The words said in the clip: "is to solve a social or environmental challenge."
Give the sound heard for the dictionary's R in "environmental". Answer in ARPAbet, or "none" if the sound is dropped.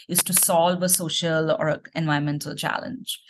none